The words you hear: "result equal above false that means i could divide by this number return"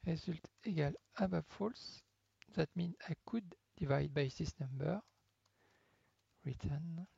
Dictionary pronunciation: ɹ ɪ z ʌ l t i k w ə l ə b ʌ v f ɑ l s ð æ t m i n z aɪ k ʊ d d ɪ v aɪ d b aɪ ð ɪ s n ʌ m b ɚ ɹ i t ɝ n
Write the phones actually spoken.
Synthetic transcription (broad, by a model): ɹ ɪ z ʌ l t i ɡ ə l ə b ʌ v f ɑ l s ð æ t m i n aɪ k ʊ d d ɪ v aɪ d b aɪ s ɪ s n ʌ m b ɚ ɹ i t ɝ n